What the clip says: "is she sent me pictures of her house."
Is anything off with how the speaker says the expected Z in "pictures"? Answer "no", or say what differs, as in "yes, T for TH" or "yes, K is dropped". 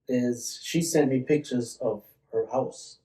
no